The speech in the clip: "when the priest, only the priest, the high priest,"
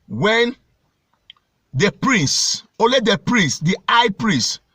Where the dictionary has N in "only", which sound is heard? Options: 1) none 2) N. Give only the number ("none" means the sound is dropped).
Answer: 1